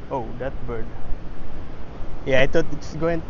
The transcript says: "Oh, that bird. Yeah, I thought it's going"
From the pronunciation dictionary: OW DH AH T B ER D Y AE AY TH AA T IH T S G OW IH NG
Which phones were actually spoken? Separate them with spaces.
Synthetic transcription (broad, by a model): OW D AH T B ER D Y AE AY T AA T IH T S G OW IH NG